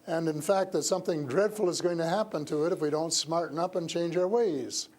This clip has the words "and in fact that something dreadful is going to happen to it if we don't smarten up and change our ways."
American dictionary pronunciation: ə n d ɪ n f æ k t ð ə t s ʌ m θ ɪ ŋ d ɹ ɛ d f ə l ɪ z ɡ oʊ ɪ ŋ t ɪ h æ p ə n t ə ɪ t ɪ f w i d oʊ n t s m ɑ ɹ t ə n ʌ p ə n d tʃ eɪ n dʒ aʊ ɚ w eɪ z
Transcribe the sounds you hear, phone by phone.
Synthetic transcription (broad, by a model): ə n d ɪ n f æ k t ð ə t s ʌ m θ ɪ ŋ d ɹ ɛ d f l ɪ z ɡ oʊ ɪ ŋ t ɪ h æ p ə n t ə ɪ t ɪ f w i d oʊ n t s m ɑ ɹ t n ʌ p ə n tʃ eɪ n dʒ aʊ ɚ w eɪ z